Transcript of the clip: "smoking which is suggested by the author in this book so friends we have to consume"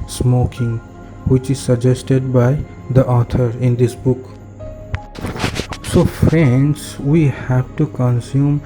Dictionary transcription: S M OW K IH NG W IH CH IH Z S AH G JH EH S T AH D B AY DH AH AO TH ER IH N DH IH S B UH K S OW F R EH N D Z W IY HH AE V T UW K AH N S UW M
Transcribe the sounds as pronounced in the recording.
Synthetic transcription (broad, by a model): S M OW K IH NG W IH CH IH Z S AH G JH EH S T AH D B AY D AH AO T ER IH N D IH S B UH K S OW F R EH N D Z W IY HH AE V T UW K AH N S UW M